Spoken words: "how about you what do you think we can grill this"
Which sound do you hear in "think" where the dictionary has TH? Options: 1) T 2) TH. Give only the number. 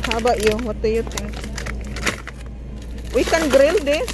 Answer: 1